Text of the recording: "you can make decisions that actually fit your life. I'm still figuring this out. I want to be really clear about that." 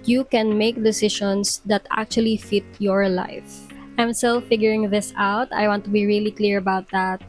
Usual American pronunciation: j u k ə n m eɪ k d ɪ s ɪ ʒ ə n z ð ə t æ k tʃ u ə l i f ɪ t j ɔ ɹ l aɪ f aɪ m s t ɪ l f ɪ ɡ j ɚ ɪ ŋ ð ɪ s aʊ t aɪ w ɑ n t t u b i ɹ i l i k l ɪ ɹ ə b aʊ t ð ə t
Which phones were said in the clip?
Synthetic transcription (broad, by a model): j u k ə n m eɪ k d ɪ s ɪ ʃ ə n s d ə t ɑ k tʃ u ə l i f ɪ t j ɔ ɹ l aɪ f aɪ m s t ɪ l f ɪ ɡ j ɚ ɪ ŋ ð ɪ s aʊ t aɪ w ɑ n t t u b i ɹ i l i k l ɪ ɹ ə b aʊ t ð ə t